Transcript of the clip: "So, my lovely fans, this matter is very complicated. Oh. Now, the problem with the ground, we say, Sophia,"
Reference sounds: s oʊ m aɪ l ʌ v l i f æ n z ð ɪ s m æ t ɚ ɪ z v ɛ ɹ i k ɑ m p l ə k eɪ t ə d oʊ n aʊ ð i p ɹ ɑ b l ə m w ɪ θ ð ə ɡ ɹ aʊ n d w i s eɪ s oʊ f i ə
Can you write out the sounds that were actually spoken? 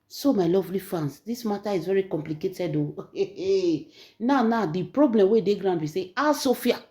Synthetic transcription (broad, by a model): s oʊ m aɪ l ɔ v l i f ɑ n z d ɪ s m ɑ t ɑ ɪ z v ɛ ɹ i k ɑ m p l ə k eɪ t ə d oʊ n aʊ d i p ɹ ɑ b l ə m w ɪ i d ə ɡ ɹ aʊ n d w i s eɪ s oʊ f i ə